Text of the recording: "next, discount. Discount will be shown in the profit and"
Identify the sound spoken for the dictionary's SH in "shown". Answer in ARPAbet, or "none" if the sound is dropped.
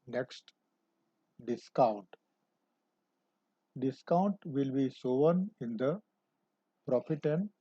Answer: S